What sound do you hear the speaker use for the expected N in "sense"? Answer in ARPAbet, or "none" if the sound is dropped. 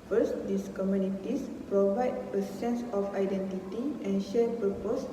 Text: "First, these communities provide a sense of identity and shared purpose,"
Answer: N